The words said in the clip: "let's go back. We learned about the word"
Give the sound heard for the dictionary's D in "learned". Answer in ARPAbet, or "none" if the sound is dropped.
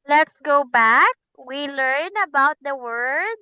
none